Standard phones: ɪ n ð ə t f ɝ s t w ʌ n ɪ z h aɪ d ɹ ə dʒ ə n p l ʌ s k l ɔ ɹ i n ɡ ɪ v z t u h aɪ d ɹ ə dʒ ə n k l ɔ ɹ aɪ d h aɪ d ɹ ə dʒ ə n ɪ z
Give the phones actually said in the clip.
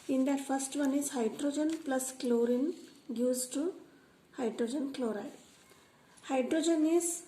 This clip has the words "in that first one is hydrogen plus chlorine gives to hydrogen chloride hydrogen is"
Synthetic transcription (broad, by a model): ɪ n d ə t f ɝ s t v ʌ n ɪ z h aɪ d ɹ ə dʒ ə n p l ʌ s k l ɔ ɹ i n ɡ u z t u h aɪ d ɹ ə dʒ ə n k l ɔ ɹ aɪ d h aɪ d ɹ ə dʒ ə n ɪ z